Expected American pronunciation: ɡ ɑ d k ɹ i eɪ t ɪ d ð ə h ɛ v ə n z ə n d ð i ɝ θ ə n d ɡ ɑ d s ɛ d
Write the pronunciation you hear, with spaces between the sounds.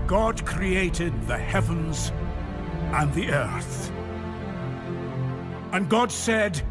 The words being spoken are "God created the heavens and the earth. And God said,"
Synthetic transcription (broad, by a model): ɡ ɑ d k ɹ i eɪ t ɪ d ð ə h ɛ v ə n z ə n ð i ɝ θ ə n ɡ ɑ d s ɛ d